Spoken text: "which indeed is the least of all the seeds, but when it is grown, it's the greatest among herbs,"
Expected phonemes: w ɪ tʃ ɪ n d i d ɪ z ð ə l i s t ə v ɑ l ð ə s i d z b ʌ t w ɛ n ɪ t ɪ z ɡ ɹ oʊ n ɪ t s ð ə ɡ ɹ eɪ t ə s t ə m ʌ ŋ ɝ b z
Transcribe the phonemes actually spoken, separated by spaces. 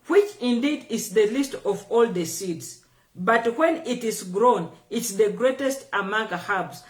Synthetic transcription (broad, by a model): w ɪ tʃ ɪ n d i d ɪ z ð ə l i s t ə v ɑ l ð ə s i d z b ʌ t w ɛ n ɪ t ɪ z ɡ ɹ oʊ n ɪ t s ð ə ɡ ɹ eɪ t ə s t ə m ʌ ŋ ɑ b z